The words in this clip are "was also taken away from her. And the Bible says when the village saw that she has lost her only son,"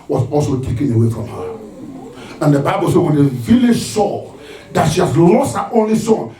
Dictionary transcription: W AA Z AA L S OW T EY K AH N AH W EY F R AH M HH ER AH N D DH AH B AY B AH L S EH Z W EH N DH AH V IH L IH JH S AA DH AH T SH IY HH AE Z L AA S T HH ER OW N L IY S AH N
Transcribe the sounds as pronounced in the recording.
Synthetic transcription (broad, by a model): W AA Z AA L S OW T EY K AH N AH W EY F R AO M HH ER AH N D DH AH B AY B AH L S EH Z W EH N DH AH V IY L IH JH S AA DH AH T SH IY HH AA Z L AA S T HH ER OW N L IY S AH N